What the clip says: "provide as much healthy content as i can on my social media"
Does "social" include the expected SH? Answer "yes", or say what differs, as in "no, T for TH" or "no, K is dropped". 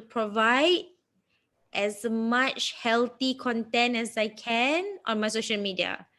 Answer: yes